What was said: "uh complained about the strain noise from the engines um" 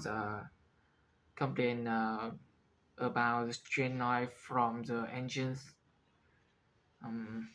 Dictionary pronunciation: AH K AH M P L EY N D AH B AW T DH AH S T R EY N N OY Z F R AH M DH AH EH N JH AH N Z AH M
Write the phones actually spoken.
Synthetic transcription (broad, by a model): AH K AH M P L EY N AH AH B AW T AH S T R EY N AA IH F R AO M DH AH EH N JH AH N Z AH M